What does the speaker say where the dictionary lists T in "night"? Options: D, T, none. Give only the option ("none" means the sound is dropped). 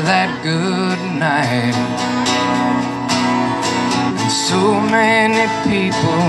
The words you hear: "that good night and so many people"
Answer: none